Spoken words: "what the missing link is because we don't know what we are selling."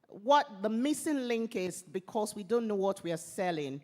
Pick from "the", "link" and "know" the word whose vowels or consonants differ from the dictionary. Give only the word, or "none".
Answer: none